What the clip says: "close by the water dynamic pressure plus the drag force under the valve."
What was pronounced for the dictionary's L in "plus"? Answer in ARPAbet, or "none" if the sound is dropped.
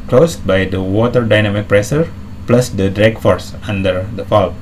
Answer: L